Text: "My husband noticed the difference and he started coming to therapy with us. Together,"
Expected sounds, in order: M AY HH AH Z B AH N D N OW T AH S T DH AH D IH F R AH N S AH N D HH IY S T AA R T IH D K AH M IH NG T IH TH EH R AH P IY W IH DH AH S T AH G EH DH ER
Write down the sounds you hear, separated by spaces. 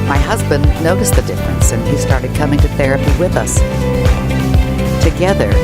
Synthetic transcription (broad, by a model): M AY HH AH Z B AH N N OW T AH S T DH AH D IH F R AH N S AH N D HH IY S T AA R T IH D K AH M IH NG T IH TH EH R AH P IY W IH DH AH S T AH G EH DH ER